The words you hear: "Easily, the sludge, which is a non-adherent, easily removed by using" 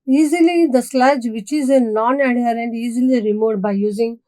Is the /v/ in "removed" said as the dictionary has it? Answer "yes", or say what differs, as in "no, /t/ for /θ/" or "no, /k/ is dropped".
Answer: no, /v/ is dropped